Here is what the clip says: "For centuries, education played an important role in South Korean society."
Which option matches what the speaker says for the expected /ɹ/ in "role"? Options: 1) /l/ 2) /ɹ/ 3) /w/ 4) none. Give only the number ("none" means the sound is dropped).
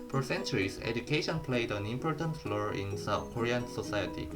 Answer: 1